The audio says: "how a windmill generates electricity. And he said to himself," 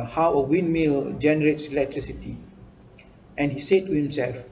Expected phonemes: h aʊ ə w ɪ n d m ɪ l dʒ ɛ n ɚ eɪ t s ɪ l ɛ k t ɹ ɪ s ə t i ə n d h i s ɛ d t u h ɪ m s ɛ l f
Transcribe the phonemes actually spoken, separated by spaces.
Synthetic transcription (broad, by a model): h aʊ ə w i n m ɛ l dʒ ɛ n ɚ eɪ t s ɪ l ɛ k t ɹ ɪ s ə t i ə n h i s ɛ d t u h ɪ m s ɛ l f